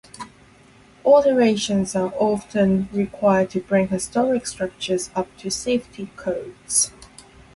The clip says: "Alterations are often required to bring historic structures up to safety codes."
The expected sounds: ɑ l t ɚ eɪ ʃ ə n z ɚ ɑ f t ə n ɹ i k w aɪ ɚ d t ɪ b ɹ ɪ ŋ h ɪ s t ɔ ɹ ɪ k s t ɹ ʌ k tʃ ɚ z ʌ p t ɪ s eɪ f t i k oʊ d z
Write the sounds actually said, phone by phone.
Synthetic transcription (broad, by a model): ɑ t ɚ eɪ ʃ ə n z ɚ ɑ f t ə n ɹ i k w aɪ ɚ d t ɪ b ɹ ɪ ŋ h ɪ s t ɔ ɹ ɪ k s t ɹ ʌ k tʃ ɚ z ʌ p t ɪ s eɪ f t i k oʊ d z